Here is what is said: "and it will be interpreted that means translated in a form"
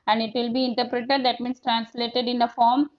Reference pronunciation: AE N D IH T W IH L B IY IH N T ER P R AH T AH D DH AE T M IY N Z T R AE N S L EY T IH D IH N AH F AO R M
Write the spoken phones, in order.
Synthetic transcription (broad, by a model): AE N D IH T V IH L B IY IH N T ER P R AH T AH D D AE T M IY N S T R AE N S L EY T IH D IH N AH F AO R M